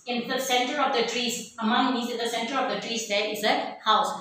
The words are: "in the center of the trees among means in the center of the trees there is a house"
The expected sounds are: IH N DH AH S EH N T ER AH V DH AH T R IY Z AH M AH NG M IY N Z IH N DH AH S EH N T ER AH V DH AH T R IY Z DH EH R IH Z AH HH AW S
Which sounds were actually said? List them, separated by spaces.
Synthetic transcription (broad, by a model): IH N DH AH S EH N T ER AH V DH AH T R IY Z AH M AH NG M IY Z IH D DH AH S EH N T ER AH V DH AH T R IY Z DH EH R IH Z AH HH AW S